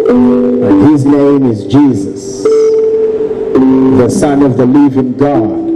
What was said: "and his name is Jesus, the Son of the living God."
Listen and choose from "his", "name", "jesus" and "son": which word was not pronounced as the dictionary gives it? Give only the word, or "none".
none